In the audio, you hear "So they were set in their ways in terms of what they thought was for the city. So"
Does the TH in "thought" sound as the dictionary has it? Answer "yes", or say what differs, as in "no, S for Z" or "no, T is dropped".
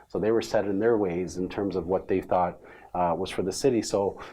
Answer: yes